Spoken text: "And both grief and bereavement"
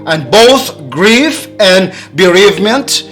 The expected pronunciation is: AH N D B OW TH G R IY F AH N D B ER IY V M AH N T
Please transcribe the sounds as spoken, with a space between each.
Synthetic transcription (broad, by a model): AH N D B OW TH G R IY F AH N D B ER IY V M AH N T